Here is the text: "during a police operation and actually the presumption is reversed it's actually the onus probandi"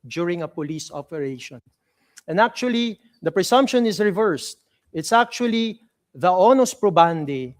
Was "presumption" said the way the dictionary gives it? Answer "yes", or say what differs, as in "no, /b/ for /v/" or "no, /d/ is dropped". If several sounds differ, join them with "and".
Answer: no, /s/ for /z/